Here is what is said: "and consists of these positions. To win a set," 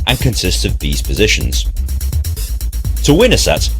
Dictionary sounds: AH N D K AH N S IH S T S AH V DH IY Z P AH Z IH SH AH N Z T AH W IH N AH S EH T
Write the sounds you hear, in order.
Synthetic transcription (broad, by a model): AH N K AH N S IH S T S AH V DH IY Z P AH Z IH SH AH N Z T AH W IH N AH S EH T